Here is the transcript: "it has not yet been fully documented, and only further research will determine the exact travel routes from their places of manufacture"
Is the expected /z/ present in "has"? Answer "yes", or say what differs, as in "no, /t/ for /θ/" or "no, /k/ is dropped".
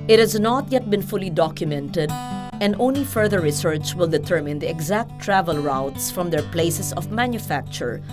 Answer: yes